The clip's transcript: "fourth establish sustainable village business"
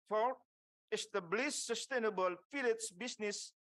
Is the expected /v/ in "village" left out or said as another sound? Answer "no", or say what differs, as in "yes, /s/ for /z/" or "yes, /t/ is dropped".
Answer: yes, /f/ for /v/